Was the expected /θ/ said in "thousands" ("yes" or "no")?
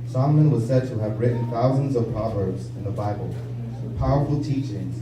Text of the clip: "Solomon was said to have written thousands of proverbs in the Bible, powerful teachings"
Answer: yes